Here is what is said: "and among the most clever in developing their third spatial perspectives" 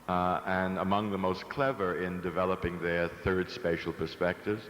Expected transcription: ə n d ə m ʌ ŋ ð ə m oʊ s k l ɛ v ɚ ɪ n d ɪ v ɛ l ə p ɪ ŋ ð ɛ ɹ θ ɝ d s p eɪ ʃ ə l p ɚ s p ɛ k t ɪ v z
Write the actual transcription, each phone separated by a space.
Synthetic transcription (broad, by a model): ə n ə m ʌ ŋ ð ə m oʊ s k l ɛ v ɚ ɪ n d ɪ v ɛ l ə p ɪ ŋ ð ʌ ɹ θ ɝ d s p eɪ ʃ l p ɚ s p ɛ k t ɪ v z